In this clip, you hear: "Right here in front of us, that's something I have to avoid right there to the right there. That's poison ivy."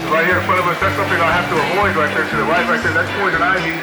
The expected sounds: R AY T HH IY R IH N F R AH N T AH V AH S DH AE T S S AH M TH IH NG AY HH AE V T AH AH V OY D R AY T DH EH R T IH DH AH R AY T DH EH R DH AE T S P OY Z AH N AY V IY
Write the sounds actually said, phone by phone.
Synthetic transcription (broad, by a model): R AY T HH IY R IH N F R AH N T AH V AH S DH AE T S S AH M TH IH NG AY HH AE F T AH AH V OY D R AY T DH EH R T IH DH AH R AY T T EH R DH AE T S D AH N AY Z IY